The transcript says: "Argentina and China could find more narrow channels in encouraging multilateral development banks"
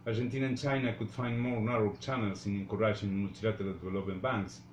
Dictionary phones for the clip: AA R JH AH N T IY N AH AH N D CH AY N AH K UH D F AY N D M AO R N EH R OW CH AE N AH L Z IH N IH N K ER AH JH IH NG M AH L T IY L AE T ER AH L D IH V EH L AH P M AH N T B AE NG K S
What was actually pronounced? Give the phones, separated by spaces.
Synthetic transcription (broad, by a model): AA R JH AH N T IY N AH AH N CH AY N AH K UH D F AY N D M AO R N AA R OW CH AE N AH L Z IH N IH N K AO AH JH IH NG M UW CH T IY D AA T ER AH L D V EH L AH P AH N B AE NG K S